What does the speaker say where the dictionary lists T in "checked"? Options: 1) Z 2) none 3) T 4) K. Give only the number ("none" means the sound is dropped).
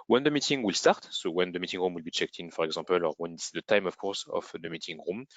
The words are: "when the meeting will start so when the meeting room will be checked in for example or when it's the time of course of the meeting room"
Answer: 3